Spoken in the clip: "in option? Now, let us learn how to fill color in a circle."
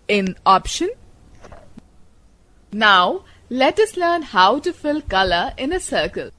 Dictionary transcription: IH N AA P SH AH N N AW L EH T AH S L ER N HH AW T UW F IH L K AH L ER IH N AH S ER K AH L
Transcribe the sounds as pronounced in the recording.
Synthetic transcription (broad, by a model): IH N AA P SH AH N N AW L EH T AH S L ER N HH AW T UW F IH L K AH L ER IH N AH S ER K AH L